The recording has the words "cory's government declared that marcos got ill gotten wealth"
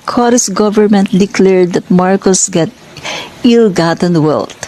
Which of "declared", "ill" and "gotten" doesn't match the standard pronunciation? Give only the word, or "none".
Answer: none